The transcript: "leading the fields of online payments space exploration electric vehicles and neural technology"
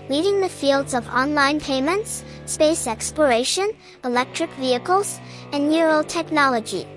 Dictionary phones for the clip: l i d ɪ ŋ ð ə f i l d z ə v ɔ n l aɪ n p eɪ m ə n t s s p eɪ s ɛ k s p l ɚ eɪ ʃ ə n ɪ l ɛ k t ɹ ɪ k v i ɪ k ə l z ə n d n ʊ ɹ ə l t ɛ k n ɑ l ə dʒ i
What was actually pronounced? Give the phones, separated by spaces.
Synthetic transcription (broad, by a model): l i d ɪ ŋ ð ə f i l d z ə v ɔ n l aɪ n p eɪ m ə n t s s p eɪ s ɛ k s p l ɚ eɪ ʃ ə n ɪ l ɛ k t ɹ ɪ k v i ɪ k ə l z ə n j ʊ ɹ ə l t ɛ k n ɑ l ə dʒ i